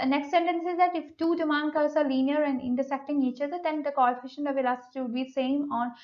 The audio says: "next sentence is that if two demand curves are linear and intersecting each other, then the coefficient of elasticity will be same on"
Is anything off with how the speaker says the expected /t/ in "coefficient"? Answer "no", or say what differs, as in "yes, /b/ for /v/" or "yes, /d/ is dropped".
yes, /t/ is dropped